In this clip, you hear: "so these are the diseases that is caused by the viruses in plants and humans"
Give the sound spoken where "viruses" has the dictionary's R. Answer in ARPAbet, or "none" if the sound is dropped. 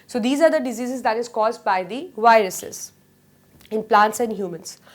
R